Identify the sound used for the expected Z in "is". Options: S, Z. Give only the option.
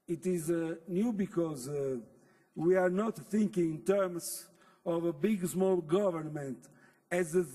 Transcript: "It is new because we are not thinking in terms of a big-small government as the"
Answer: Z